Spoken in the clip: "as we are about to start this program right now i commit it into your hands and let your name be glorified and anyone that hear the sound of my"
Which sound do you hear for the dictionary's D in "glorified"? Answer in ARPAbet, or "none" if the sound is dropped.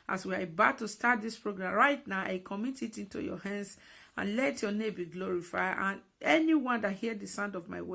none